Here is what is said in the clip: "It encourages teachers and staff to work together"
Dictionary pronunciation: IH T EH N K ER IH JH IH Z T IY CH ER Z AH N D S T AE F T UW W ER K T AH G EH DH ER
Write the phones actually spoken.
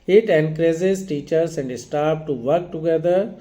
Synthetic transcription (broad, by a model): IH T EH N K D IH Z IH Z T IY CH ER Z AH N D S T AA P T UW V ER K T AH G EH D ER